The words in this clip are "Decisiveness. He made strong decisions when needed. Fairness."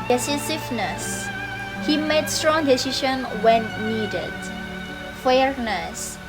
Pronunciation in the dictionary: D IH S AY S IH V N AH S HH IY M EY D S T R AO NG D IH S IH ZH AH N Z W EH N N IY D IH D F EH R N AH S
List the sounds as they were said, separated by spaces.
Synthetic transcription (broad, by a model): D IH S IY S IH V N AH S HH IY M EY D S T R AO NG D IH S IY SH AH N W EH N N IY D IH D F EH R N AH S